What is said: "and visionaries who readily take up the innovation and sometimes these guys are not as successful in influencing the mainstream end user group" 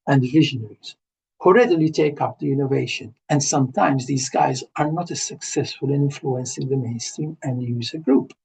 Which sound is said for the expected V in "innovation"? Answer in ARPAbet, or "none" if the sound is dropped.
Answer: V